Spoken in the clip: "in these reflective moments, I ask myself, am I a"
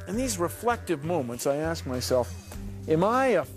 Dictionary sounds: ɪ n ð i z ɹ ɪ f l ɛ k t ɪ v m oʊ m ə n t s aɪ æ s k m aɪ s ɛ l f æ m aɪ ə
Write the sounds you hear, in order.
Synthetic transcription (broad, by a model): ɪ n ð i z ɹ ɪ f l ɛ k t ɪ v m oʊ m ə n t s aɪ æ s k m aɪ s ɛ l f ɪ m aɪ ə